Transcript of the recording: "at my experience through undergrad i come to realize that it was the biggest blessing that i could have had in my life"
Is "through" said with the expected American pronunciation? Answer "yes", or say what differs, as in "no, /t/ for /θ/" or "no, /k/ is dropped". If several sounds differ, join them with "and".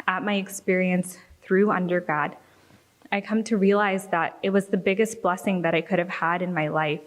yes